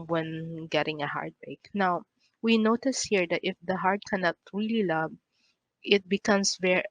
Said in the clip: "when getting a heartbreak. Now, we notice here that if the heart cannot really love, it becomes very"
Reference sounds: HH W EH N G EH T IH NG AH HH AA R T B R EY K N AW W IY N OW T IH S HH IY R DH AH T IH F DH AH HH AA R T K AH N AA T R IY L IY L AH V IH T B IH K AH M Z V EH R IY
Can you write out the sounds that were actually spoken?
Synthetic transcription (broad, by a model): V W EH N G EH T IH NG AH HH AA R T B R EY K N AW W IY N OW T IH S HH IY R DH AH T IH F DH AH HH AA R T K AH N AA T R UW L IY L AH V IH T B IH K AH M S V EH R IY